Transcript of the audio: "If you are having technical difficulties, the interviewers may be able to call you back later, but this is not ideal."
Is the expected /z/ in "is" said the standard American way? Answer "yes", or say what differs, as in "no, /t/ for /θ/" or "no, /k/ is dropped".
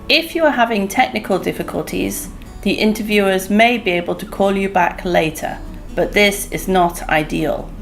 yes